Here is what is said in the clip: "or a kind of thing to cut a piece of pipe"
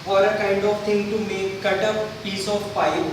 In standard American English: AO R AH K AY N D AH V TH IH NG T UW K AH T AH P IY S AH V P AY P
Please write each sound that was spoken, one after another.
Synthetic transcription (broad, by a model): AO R AH K AY N D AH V T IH NG T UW K AH T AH P IY S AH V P AY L